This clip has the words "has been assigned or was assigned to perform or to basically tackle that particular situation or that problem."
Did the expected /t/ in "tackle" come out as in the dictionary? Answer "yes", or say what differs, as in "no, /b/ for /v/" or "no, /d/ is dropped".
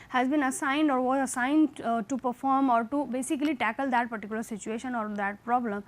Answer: yes